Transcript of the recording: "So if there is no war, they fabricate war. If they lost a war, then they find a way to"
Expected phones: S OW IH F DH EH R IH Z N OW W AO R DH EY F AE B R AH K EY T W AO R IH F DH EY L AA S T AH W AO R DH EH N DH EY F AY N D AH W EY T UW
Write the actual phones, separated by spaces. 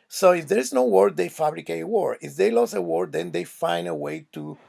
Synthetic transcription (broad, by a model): S OW IH F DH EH R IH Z N OW W AO R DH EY F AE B R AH K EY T W AO R IH F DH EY L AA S AH W AO R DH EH N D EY F AY N D AH W EY T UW